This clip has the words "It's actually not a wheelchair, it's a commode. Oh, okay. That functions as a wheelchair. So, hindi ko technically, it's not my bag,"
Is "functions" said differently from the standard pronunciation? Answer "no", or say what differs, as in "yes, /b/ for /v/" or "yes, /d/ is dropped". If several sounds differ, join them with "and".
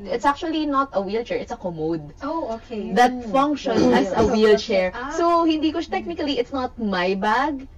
yes, /z/ is dropped